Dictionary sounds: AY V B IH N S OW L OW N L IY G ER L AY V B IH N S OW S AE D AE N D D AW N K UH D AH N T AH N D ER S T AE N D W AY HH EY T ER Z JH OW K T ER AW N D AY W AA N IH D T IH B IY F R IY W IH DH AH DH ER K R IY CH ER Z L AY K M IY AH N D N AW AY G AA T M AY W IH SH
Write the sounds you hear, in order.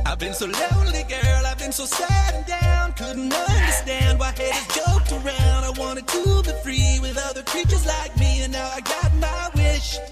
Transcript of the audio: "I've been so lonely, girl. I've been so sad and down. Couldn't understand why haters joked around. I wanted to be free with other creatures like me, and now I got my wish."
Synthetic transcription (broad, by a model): AY V B IH N S OW L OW L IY G ER L AY V B IH N S OW S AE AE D D AW N K UH D N T AH N D ER S T AE N D W AY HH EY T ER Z JH OW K T ER AW N D AY W AA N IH D T IH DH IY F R IY W IH DH AH DH ER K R IY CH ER Z L AY K M IY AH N N AW AY G AA T M AY W IH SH